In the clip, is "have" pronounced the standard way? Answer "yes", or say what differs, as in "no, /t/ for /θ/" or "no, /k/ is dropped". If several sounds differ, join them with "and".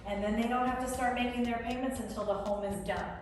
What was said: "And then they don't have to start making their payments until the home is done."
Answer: no, /f/ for /v/